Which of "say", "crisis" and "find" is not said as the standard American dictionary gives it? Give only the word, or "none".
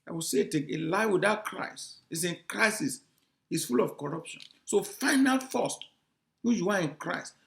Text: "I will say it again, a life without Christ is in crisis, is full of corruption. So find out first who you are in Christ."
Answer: find